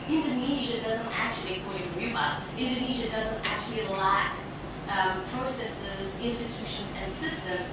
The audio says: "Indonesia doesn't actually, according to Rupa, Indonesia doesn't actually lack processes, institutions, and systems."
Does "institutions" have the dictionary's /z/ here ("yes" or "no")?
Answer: yes